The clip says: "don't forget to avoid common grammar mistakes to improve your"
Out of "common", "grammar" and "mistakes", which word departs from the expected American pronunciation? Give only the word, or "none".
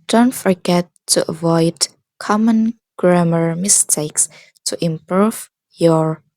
none